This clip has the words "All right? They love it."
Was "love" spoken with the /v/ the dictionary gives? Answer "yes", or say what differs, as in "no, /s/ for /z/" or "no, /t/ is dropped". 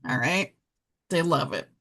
yes